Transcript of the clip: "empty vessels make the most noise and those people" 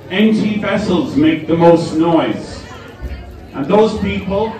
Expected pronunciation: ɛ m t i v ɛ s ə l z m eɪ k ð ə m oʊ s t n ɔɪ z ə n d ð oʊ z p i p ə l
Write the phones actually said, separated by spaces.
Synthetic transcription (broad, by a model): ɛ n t i v ɛ s ə l z m eɪ k ð ə m oʊ s t n ɔɪ z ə n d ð oʊ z p i p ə l